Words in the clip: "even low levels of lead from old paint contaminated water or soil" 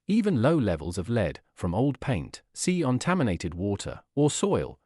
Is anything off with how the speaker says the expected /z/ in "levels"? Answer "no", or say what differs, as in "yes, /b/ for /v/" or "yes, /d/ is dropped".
no